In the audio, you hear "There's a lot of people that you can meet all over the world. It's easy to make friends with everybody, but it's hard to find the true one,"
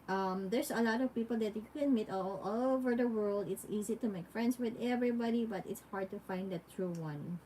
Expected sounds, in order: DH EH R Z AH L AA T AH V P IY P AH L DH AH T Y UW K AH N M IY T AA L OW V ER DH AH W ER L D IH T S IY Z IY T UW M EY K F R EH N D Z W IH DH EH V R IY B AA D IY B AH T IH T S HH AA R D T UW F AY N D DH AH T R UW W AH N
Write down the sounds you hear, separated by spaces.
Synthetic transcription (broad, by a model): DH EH R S AH L AA T AH V P IY P AH L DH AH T Y UW K AH N M IY T AA L OW V ER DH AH W ER L D IH T S IY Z IY T UW M EY K F R EH N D S W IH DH EH V R IY B AA D IY B AH T IH T S HH AA R D T UW F AY N D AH T R UW W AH N